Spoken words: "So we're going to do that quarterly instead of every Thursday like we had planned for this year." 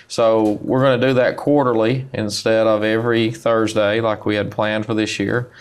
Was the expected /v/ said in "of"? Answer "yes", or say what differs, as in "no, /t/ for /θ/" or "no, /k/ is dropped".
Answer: yes